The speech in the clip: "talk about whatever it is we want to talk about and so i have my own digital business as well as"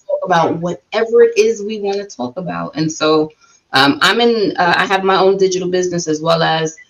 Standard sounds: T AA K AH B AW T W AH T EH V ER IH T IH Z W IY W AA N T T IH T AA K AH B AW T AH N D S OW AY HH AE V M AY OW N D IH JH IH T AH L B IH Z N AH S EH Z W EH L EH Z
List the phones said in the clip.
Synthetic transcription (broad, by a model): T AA K AH B AW T W AH T EH V ER IH T IH Z W IY W AA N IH T AA K AH B AW T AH N S OW AY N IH V M AY OW N D IH JH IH T L B IH Z N AH S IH Z W EH L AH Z